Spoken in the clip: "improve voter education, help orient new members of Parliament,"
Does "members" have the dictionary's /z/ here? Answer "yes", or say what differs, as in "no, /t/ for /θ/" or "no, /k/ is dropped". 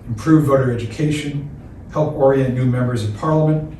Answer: yes